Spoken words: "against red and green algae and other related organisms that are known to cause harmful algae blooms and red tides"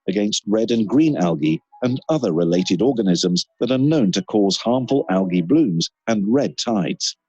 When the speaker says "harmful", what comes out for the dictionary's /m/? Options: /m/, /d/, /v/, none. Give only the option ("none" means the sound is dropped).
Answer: /m/